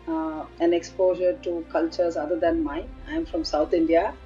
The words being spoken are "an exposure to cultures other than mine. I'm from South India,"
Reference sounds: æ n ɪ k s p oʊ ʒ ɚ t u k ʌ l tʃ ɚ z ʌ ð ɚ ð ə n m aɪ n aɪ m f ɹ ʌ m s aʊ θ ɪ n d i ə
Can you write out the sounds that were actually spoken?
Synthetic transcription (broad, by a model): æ n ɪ k s p oʊ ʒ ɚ t u k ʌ l tʃ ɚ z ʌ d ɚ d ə n m aɪ aɪ m f ɹ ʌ m s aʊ t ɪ n d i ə